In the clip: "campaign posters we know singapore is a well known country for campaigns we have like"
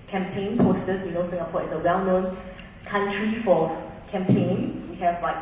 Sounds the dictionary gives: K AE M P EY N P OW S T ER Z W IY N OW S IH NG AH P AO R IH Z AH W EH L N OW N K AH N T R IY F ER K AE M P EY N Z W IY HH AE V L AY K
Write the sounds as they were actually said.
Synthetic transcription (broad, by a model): K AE M P EY N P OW S T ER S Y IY N OW S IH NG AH P AO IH S AH W EH L N OW N K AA N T R IY F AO K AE M P EY N W IY HH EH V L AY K